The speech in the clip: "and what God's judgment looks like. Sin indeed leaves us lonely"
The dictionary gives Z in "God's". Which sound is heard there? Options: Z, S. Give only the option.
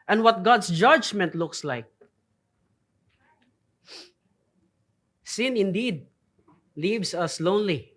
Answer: S